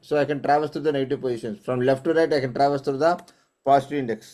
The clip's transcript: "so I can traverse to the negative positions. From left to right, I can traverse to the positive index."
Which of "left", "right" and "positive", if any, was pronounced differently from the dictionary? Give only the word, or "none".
positive